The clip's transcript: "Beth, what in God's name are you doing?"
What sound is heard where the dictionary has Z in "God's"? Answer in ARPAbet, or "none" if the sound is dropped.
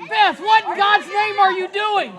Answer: Z